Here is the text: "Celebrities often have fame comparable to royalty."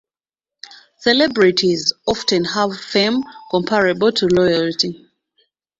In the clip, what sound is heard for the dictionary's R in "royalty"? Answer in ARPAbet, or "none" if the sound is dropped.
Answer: L